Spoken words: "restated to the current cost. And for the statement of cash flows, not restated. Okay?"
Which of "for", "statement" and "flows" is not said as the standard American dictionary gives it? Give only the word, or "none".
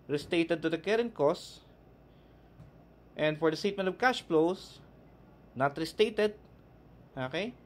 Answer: flows